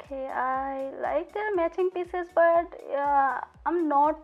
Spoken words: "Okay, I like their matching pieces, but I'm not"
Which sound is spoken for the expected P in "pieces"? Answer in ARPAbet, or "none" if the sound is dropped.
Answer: P